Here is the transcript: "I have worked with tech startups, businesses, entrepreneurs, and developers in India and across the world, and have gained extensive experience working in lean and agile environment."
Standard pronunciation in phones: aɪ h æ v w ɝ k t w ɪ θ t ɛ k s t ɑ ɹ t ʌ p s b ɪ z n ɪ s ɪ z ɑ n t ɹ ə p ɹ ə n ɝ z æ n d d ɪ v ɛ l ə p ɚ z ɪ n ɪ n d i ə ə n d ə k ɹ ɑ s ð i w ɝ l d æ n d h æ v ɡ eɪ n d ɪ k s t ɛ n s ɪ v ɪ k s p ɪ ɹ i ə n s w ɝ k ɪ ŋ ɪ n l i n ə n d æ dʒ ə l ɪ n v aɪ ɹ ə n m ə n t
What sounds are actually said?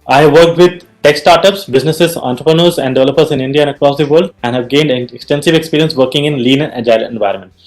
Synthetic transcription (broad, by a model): aɪ h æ v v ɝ k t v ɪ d t ɛ k s t ɑ ɹ t ʌ p s b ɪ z n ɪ s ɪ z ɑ n t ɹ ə p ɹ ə n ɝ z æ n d d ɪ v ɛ l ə p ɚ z ɪ n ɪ n d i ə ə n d ə k ɹ ɑ s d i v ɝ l d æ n h æ v ɡ eɪ n d ɪ k s t ɛ n s ɪ v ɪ k s p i ɹ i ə n s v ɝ k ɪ ŋ ɪ n l i n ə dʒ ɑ ə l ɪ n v aɪ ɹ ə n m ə n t